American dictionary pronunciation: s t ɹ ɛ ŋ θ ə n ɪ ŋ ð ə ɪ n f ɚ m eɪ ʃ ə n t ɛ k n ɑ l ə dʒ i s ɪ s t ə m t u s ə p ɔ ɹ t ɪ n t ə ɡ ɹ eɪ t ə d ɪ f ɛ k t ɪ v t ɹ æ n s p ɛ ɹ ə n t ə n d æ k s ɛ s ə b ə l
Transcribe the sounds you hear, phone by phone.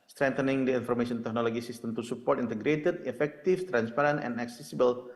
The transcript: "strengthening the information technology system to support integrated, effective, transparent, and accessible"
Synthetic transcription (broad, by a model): s t ɹ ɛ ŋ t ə n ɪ ŋ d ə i n f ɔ m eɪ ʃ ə n t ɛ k n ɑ l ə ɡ i s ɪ s t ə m t u s ə p ɔ ɹ t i n t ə ɡ ɹ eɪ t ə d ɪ f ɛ k t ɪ f t ɹ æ n s p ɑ ɹ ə n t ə n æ k s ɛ s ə b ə l